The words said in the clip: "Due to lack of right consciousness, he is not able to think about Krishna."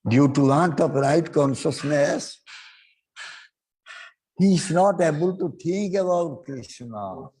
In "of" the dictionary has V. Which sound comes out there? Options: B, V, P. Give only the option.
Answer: P